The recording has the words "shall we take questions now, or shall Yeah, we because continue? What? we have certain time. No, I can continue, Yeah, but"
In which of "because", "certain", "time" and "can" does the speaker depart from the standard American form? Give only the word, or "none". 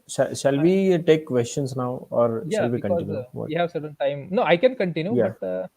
because